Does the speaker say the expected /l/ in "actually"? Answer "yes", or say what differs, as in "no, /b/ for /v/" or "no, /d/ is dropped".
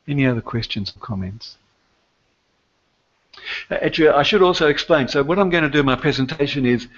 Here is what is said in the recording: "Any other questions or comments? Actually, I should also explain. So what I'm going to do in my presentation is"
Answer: no, /l/ is dropped